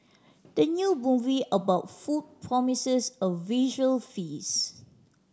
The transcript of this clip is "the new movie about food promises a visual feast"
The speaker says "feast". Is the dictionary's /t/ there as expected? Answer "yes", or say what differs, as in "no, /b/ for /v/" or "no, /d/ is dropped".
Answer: no, /t/ is dropped